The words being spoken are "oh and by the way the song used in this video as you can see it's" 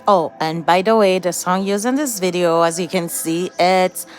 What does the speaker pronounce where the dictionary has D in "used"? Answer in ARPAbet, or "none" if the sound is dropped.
none